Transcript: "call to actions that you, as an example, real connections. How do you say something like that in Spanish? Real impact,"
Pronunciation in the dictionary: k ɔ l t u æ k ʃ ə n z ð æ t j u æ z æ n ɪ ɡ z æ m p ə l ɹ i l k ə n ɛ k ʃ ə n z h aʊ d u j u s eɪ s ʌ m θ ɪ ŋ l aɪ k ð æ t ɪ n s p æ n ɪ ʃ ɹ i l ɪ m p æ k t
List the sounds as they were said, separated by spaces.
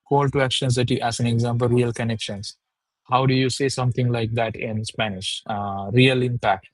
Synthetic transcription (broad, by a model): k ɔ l t u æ k ʃ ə n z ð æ t j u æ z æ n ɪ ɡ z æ m p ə l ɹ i l k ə n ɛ k ʃ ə n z h aʊ d u j u s eɪ s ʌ m t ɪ ŋ l aɪ k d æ t ɪ n s p æ n ɪ ʃ ɹ i l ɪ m p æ k t